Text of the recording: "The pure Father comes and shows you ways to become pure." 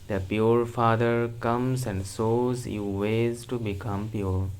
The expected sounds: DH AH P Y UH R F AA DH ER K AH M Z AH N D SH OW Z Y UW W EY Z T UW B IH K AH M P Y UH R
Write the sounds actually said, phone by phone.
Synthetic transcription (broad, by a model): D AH P Y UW R F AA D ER K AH M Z AH N D S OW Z Y UW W EY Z T UW B IH K AH M P Y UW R